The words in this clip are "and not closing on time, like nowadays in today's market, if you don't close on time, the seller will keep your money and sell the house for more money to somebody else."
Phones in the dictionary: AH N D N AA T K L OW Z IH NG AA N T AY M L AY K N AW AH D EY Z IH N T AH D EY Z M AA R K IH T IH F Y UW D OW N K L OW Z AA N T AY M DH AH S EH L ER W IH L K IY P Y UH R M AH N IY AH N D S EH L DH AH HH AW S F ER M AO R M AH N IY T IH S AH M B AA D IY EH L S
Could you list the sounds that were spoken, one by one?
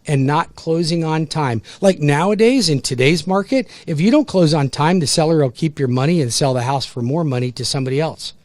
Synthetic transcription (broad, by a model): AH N N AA T K L OW Z IH NG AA N T AY M L AY K N AW AH D EY Z IH N T AH D EY Z M AA R K IH T IH F Y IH D OW N K L OW Z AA N T AY M DH AH S EH L ER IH L K IY P Y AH R M AH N IY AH N S EH L DH AH HH AW S F ER M AO R M AH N IY T IH S AH M B AA D IY EH L S